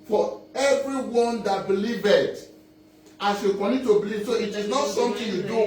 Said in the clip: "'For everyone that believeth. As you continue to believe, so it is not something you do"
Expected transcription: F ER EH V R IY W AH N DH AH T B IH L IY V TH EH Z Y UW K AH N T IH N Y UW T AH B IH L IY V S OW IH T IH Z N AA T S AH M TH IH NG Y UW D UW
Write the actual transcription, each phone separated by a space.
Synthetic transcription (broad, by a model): F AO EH V R IY W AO N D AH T B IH L IY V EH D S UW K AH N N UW T AH B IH L IY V S OW IH T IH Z N AA T S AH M T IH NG Y UW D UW